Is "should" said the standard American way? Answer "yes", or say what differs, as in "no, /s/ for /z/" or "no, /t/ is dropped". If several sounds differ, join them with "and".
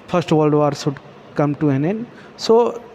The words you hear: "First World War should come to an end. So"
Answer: no, /s/ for /ʃ/